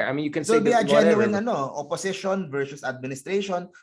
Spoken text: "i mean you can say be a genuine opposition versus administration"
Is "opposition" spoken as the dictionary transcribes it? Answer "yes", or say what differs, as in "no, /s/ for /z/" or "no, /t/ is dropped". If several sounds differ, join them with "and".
no, /s/ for /z/